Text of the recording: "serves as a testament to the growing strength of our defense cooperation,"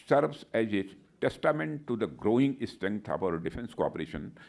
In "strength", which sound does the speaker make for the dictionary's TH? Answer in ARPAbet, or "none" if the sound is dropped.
T